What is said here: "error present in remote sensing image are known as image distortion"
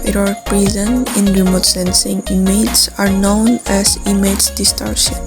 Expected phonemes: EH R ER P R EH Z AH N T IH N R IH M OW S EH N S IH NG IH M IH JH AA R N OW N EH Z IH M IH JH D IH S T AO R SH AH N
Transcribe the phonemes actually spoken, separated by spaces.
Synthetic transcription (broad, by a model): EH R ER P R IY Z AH N IH N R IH M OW S EH N S IH NG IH M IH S AA R N OW N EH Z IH M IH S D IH S T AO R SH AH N